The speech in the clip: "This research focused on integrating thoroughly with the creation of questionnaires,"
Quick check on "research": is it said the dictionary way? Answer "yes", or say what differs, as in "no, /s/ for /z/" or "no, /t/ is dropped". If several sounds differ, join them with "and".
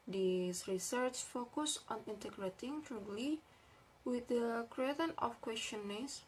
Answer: yes